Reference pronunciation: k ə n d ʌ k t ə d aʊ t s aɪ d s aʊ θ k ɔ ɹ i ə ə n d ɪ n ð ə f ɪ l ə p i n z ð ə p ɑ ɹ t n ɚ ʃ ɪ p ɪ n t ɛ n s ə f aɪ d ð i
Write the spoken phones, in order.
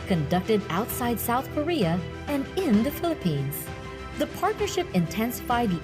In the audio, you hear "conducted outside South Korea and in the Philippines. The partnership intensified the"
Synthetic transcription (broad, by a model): k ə n d ʌ k t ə d aʊ t s aɪ d s aʊ θ k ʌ ɹ i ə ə n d ɪ n ð ə f ɪ l ə p i n z ð ə p ɑ ɹ t n ɚ ʃ ɪ p ɪ n t ɛ n s ə f aɪ d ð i